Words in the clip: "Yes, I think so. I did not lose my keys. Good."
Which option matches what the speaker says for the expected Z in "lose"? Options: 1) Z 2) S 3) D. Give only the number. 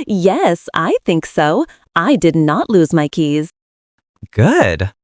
1